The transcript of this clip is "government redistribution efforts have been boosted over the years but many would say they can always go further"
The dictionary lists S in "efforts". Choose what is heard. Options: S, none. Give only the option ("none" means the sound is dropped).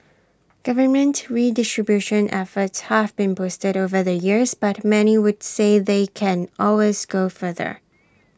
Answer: S